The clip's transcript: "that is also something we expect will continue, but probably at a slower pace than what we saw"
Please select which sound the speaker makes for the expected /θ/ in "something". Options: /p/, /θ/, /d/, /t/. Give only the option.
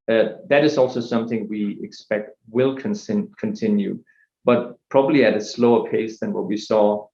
/θ/